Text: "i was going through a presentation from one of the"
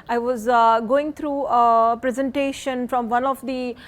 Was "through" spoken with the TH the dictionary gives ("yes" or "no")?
no